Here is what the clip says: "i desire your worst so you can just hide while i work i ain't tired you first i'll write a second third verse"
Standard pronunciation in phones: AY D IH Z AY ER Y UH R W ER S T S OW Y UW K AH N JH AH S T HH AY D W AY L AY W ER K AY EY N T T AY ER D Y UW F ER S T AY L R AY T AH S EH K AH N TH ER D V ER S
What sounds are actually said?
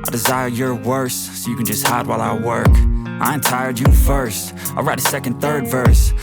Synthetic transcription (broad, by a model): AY D IH Z AY ER Y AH R W ER S S OW Y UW K AH N JH AH S T HH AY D W AY L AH W ER K AY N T T AY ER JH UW F ER S T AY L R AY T AH S EH K AH N TH ER D V ER S